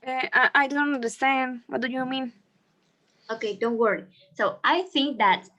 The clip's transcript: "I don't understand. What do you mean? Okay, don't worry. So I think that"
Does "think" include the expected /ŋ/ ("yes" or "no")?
yes